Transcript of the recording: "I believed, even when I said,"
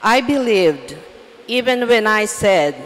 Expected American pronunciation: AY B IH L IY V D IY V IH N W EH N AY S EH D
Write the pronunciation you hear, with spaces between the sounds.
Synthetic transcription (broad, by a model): AY B IH L IY V D IY V IH N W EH N AY S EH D